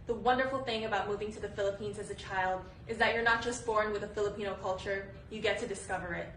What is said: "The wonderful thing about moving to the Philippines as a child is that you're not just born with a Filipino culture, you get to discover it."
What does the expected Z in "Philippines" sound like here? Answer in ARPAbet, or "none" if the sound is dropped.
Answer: Z